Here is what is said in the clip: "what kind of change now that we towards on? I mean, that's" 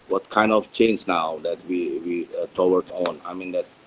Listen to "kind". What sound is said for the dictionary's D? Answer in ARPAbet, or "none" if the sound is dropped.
D